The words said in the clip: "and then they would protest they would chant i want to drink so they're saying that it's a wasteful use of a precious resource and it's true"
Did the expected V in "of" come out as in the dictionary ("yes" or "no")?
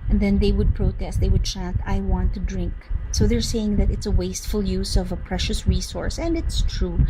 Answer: yes